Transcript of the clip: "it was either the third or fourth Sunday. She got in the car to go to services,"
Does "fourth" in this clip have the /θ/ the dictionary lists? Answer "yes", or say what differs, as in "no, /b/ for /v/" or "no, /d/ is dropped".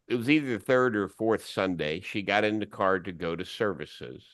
yes